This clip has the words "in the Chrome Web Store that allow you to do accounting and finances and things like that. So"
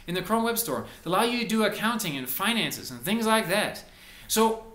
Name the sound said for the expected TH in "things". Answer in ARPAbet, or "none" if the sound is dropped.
TH